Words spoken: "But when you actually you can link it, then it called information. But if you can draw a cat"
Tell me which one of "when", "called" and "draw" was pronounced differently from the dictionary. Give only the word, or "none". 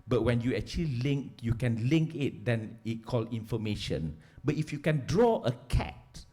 called